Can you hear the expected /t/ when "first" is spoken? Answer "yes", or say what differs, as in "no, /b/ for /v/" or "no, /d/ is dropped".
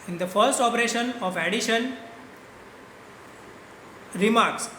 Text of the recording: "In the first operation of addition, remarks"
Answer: yes